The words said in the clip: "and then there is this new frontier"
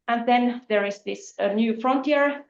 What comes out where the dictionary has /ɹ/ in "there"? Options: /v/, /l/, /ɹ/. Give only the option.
/ɹ/